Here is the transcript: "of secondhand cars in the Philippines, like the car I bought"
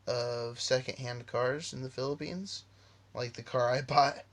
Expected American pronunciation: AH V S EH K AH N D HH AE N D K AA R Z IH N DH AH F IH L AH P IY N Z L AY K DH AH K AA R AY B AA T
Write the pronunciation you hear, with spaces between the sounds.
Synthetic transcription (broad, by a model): AH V S EH K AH N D HH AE N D K AA R Z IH N DH AH F IH L AH P IY N Z L AY K DH AH K AA R AY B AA